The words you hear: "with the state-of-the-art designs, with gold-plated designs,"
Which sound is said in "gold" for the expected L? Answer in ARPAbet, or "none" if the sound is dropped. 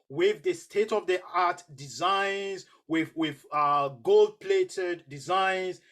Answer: L